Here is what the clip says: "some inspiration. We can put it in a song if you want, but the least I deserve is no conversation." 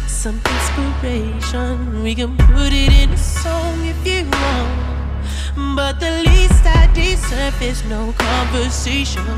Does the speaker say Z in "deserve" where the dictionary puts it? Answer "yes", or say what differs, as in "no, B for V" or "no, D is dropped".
no, S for Z